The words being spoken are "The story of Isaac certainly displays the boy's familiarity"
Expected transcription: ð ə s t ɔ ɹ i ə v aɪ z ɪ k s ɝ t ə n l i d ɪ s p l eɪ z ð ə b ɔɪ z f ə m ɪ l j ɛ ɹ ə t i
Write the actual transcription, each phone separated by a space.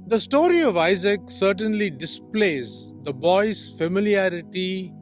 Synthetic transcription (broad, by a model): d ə s t ɔ ɹ i ə v aɪ z ɪ k s ɝ t ə n l i d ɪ s p l eɪ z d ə b ɔɪ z f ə m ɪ l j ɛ ɹ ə t i